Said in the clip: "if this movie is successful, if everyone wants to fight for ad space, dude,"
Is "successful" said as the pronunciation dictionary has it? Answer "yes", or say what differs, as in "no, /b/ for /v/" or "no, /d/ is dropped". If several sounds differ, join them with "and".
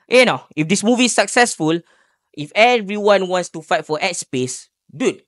yes